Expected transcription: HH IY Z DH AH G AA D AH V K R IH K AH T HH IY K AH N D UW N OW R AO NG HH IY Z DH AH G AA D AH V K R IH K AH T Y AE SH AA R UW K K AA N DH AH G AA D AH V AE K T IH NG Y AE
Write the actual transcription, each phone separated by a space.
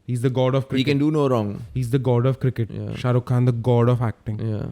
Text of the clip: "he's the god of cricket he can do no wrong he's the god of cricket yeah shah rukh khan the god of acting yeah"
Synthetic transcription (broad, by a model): HH IY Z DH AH G AA D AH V K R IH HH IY K AH N D UW N OW R AO NG HH IY Z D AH G AA D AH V K R IH K AH T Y SH AA R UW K K AA N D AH G AA D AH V AE K T IH NG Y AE